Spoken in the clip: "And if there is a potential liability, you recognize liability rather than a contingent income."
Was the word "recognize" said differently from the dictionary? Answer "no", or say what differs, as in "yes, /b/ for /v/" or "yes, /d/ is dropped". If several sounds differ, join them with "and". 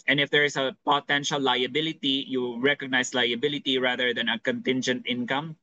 yes, /s/ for /z/